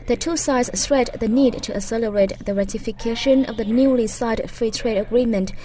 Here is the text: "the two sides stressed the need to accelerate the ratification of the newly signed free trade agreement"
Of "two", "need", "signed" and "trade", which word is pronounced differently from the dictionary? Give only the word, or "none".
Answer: signed